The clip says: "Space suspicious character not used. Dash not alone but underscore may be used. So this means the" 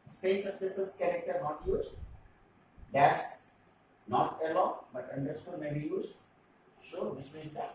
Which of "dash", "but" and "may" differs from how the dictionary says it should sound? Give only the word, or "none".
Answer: dash